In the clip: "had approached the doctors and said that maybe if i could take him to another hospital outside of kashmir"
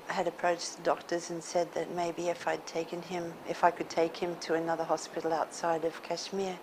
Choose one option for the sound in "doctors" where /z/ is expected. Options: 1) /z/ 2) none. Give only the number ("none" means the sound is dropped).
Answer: 1